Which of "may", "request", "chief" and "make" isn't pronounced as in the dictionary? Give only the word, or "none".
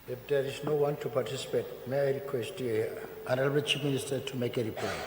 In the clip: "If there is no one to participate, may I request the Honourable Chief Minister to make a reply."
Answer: chief